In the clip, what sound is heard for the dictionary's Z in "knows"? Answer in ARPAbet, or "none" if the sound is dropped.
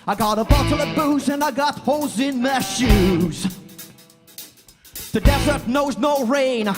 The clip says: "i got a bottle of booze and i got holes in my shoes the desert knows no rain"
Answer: Z